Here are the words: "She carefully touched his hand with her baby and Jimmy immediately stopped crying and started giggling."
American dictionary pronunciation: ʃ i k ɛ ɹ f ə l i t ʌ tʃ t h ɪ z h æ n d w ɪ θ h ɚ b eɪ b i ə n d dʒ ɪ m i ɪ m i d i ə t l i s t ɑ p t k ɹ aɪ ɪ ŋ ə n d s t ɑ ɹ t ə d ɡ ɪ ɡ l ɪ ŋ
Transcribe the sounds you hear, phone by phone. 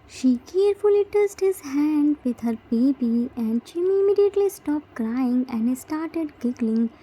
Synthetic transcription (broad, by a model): ʃ i k ɛ ɹ f ə l i t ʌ s t h ɪ z h æ n d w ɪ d h ɚ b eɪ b i ə n d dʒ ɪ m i ɪ m i d i ə t l i s t ɑ p t k ɹ aɪ ɪ ŋ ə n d s t ɑ ɹ t ə d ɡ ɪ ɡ l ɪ ŋ